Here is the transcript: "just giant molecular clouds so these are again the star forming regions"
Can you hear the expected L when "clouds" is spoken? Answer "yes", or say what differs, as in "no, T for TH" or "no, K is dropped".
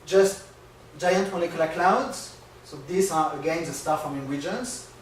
yes